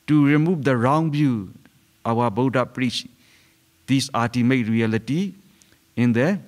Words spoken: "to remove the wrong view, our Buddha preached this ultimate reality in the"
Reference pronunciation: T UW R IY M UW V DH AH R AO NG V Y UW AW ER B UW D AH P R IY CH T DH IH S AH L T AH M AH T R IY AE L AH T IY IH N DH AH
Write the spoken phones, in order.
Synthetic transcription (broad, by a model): T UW R IY M UW V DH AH R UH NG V Y UW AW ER B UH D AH P R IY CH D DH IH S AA T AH M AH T R IY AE L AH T IY IH N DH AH